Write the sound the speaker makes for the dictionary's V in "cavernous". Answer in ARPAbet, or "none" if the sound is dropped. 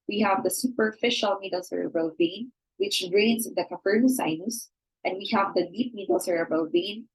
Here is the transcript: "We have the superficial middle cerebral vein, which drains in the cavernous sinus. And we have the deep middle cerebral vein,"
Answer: F